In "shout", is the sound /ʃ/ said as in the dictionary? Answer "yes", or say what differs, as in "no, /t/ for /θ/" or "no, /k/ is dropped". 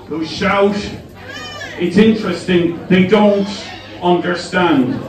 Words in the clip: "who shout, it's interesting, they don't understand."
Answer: yes